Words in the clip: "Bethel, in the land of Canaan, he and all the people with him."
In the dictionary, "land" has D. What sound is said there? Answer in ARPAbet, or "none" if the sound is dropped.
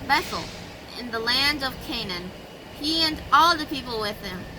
D